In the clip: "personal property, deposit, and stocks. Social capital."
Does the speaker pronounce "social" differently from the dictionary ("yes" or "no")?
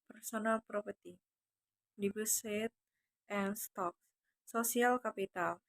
yes